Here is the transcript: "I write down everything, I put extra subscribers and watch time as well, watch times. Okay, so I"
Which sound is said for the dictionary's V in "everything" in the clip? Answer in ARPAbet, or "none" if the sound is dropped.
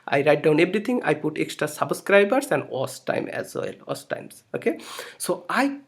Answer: B